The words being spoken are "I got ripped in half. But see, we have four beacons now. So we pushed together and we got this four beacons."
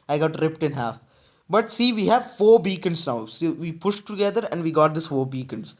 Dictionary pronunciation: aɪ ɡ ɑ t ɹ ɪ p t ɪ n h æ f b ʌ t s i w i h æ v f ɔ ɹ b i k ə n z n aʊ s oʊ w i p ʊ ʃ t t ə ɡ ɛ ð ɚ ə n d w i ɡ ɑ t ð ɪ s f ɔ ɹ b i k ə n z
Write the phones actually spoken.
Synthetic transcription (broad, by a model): aɪ ɡ ɑ t ɹ ɪ p t ɪ n h æ f b ʌ t s i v i h æ v f ɔ ɹ b i k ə n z n aʊ s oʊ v i p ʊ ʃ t t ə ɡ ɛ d ɚ ə n d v i ɡ ɑ t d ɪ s f ɔ ɹ b i k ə n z